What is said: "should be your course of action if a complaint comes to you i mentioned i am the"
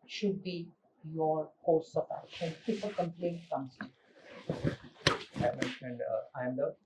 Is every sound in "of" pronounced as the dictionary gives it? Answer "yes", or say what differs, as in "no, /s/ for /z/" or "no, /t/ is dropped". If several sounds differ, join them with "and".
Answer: no, /p/ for /v/